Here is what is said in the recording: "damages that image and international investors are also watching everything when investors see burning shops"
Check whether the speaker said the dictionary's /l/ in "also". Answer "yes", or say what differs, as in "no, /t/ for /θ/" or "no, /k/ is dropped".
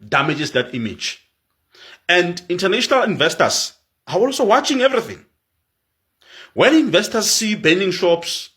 yes